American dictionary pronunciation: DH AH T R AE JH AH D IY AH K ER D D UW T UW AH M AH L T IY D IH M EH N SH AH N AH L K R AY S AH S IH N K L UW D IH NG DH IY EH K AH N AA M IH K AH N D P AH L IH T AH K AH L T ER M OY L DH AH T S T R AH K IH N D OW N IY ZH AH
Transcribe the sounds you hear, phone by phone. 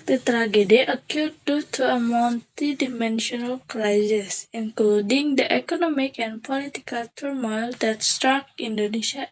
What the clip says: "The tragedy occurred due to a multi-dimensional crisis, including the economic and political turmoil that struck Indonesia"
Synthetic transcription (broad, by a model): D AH T R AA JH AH D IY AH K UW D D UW T UW AH M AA N T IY D IH M EH N SH AH N AH L K R AY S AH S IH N K L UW D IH NG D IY EH K AH N AA M IH K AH N P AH L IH T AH K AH L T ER M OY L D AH T S T R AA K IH N D OW N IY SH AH